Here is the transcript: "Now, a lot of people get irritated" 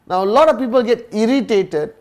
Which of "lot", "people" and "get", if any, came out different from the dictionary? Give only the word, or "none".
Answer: none